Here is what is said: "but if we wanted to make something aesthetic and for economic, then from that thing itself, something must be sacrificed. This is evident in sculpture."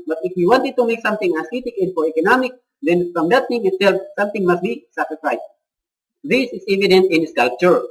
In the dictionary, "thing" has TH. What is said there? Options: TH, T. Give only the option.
T